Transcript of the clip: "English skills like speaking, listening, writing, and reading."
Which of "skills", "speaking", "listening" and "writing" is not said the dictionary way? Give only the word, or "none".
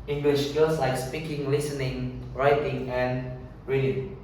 skills